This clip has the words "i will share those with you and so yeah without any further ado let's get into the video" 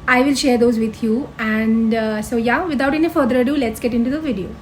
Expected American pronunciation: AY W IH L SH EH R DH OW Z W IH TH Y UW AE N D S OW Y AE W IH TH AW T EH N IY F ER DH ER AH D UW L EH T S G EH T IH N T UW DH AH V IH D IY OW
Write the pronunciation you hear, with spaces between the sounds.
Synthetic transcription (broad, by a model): AY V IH L SH EH R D OW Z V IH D Y UW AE N D S OW Y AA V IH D AW T EH N IY F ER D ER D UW L EH T S G EH T IH N T UW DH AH V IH D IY OW